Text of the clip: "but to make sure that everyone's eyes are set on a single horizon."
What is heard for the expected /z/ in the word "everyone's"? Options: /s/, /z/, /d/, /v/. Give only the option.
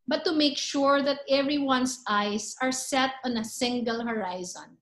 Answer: /s/